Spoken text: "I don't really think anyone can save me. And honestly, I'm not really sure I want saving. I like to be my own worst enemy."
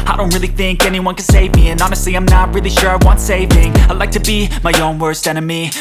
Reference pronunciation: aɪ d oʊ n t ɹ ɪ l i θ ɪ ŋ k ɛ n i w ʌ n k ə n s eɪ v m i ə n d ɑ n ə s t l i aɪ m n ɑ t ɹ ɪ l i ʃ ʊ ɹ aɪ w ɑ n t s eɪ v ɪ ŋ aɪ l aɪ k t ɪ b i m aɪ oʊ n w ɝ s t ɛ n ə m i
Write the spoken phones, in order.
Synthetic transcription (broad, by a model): aɪ d oʊ n t ɹ ɪ l i θ ɪ ŋ k ɛ n i w ʌ n k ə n s eɪ v m i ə n ɑ n ə s t l i aɪ m n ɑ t ɹ ɪ l i ʃ ʊ ɹ aɪ w ɑ n t s eɪ v ɪ ŋ aɪ l aɪ k t ɪ b i m aɪ oʊ n w ɝ s t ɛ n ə m i